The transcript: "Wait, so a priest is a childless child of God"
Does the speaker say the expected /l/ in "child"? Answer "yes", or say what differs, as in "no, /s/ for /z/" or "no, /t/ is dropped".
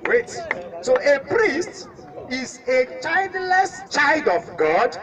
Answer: yes